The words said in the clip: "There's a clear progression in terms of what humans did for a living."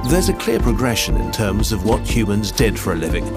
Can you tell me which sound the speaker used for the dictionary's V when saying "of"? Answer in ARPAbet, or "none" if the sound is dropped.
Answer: V